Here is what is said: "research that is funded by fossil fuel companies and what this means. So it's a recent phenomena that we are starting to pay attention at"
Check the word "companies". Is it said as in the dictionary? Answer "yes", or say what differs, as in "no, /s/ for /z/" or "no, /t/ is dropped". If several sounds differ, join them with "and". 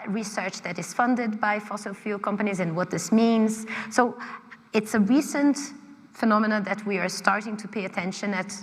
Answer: yes